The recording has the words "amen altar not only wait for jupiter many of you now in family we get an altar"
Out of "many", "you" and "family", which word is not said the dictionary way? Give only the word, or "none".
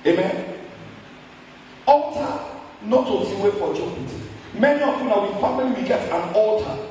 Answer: family